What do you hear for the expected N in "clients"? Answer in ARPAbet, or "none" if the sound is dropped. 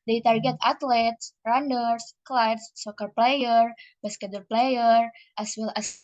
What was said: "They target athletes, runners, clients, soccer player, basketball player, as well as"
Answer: none